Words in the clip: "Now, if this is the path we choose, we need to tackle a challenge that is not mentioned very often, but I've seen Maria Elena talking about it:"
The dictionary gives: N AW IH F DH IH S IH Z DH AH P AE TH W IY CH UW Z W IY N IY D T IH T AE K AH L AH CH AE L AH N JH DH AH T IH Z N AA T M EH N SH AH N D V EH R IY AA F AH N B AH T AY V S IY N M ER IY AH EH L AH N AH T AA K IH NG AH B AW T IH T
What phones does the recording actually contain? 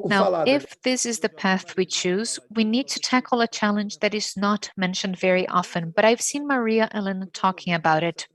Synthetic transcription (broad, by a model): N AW IH F DH IH S IH Z DH AH P AE TH W IY CH UW Z W IY N IY D T IH T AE K L AH CH AE L AH N JH DH AH T IH Z N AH T M EH N SH AH N D V EH R IY AA F AH N B AH T AY V S IY N M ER IY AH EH L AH N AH T AA K IH NG AH B AW T IH T